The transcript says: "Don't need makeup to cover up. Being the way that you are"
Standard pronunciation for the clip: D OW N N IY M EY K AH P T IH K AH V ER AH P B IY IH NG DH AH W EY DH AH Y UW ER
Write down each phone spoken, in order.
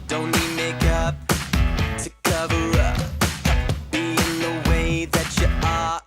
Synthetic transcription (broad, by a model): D OW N L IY M EY K AH P T IH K AH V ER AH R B IY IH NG DH AH W EY DH AH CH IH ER